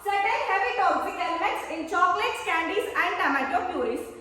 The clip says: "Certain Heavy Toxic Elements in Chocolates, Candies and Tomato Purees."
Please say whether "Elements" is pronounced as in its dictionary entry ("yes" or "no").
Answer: no